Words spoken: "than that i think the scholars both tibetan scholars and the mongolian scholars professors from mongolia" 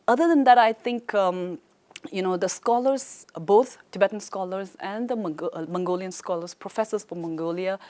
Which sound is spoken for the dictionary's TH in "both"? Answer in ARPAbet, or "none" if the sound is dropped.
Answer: T